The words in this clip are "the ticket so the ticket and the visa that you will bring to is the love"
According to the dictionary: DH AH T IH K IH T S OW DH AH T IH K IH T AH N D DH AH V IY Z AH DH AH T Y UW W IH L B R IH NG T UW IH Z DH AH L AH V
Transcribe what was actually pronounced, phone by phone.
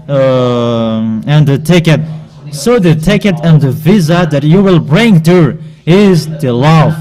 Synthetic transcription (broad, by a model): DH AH T IH K IH T S OW DH AH T IH K IH T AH N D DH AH V IY Z AH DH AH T Y UW W IH L B R IH NG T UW IH Z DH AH L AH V